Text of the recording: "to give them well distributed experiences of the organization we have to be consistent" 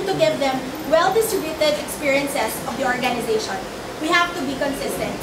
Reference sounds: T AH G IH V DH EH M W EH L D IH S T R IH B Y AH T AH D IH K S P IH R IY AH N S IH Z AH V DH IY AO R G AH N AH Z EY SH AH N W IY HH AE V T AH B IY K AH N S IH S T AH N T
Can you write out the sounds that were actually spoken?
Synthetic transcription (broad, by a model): T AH G IH V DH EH M W EH L D IH S T R IH B Y AH T AH D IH K S P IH R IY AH N S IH S AH V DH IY AO R G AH N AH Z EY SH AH N W IY HH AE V T AH B IY K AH N S IH S T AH N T